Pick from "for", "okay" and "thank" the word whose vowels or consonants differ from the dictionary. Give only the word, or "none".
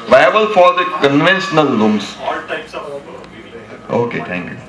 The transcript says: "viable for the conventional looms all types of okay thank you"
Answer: thank